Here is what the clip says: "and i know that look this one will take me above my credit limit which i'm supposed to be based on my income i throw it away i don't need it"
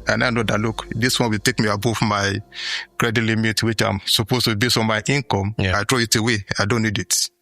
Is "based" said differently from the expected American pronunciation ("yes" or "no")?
yes